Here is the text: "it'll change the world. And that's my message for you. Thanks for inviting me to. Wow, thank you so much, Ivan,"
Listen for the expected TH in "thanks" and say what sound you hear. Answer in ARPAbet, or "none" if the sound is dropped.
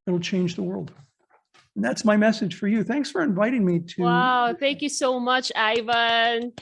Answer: TH